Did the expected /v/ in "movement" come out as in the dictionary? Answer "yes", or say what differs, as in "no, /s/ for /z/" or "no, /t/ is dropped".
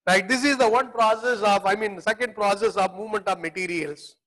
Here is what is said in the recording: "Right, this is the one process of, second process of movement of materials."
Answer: yes